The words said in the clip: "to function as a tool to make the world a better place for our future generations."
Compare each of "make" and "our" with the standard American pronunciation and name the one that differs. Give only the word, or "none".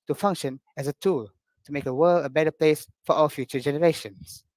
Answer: our